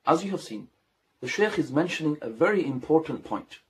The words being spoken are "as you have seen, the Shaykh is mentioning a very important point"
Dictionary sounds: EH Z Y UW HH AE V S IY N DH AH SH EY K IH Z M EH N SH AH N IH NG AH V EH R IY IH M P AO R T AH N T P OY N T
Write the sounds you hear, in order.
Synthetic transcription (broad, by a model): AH Z Y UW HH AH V S IY N DH AH SH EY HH IH Z M EH N SH AH N IH NG AH V EH R IY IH M P AO R T N P OY N T